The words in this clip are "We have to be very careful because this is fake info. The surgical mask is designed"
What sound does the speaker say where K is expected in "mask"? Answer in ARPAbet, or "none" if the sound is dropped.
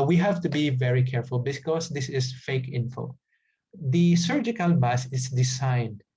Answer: none